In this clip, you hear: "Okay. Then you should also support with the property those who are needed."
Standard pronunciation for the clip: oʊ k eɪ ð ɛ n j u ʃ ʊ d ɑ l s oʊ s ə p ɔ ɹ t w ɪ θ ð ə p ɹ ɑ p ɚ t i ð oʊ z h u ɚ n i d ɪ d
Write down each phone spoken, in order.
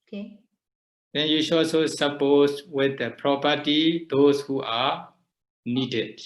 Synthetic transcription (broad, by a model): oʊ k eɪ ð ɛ n j u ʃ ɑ s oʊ s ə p ɔ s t w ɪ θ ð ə p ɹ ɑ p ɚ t i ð oʊ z h u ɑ n i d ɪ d